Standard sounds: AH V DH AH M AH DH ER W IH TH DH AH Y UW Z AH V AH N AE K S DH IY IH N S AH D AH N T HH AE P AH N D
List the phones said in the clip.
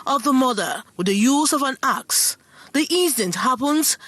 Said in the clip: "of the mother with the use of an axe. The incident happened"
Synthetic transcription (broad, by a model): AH V DH AH M AH DH ER W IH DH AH Y UW Z AH V AH N AE K S DH IY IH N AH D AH N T HH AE P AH N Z